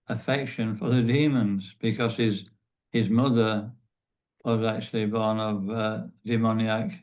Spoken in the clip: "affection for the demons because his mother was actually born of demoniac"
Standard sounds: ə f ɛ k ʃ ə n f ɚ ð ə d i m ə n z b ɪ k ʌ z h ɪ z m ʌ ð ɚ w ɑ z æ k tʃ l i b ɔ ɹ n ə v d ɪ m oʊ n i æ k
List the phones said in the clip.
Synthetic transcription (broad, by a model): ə f ɛ k ʃ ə n f ɚ ð ə d i m ə n z b ɪ k ʌ z h ɪ z m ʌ ð ɚ w ɑ z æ k tʃ l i b ɔ ɹ n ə v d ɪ m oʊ n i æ k